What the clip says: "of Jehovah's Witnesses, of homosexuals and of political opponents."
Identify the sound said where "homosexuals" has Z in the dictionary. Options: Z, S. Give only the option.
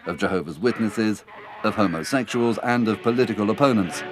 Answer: Z